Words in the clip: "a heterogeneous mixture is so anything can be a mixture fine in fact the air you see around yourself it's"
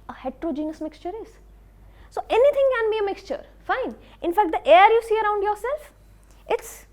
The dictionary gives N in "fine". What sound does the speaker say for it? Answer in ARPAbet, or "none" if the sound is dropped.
N